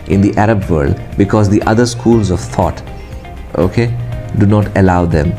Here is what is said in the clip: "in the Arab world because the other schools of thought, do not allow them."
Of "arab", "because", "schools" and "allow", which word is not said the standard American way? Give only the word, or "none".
none